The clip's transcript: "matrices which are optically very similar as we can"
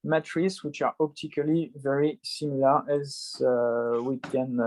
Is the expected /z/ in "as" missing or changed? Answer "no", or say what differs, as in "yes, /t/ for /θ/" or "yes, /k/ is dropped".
no